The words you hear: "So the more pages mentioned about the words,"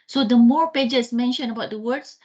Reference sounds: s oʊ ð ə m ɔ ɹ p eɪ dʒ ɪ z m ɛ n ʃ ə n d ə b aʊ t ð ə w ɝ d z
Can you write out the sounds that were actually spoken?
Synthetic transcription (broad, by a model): s oʊ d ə m ɔ ɹ p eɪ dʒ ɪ s m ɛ n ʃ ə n ə b aʊ t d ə w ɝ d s